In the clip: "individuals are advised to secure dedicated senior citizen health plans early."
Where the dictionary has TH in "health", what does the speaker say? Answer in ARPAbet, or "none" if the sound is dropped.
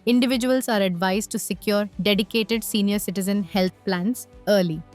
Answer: T